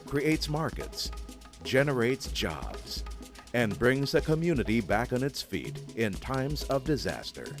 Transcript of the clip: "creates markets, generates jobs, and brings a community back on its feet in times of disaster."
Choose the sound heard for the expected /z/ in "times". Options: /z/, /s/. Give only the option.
/z/